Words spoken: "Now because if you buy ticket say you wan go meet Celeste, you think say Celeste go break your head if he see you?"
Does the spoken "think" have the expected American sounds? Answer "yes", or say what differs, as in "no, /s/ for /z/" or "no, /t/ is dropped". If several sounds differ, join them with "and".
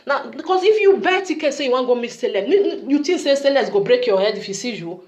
no, /t/ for /θ/